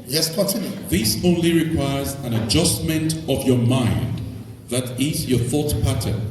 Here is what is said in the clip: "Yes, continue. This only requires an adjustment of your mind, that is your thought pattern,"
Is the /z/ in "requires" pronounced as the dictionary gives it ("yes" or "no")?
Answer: yes